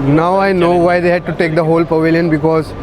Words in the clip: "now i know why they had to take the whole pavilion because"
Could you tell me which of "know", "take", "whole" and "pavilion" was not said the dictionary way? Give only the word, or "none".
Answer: none